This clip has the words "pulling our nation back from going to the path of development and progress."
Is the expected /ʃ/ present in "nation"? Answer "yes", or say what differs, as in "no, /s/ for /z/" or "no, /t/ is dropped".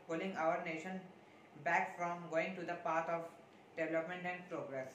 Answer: yes